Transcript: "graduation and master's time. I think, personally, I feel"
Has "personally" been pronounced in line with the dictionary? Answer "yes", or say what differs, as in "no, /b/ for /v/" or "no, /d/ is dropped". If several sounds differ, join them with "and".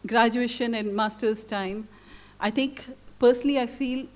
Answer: yes